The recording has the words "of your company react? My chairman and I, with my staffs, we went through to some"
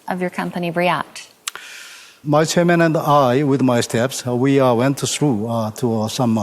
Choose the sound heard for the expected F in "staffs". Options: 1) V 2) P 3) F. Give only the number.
2